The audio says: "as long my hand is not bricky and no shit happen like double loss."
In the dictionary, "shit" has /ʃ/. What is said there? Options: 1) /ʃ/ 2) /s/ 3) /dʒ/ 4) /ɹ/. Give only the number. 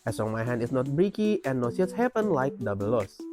2